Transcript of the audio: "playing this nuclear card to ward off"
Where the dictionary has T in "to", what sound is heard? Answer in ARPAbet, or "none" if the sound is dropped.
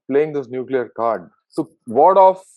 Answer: S